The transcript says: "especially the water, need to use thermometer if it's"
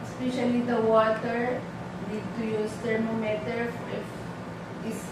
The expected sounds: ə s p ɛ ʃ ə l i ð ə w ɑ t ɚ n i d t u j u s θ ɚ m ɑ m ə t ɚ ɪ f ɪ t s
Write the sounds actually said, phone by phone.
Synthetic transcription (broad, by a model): s p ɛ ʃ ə l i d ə w ɑ t ɚ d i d t u j u s t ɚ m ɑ m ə t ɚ ɪ f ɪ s